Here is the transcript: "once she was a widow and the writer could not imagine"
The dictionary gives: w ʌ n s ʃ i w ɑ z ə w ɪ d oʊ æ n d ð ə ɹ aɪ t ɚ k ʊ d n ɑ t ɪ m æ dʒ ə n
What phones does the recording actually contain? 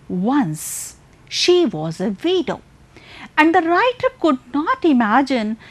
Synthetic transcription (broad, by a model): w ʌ n s ʃ i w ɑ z ə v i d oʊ æ n d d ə ɹ aɪ t ɚ k ʊ d n ɑ t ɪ m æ dʒ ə n